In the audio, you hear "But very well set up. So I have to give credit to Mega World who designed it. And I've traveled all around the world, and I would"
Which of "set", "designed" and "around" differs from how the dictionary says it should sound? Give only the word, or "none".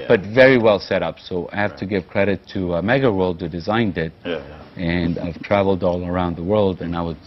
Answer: none